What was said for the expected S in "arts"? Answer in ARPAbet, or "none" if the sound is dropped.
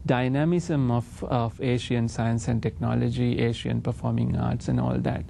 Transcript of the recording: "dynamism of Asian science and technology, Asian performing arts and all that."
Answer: S